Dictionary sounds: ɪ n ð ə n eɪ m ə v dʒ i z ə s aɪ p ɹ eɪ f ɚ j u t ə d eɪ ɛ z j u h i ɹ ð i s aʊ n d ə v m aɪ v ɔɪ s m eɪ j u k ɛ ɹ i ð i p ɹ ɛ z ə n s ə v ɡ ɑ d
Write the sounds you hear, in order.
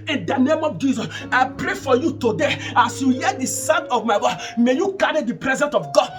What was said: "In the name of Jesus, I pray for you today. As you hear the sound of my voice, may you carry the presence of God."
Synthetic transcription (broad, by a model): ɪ n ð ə n eɪ m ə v dʒ i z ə s aɪ p ɹ eɪ f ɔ j u t ə d eɪ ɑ s j u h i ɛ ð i s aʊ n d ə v m aɪ w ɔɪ m eɪ j u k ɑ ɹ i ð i p ɹ ɛ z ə n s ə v ɡ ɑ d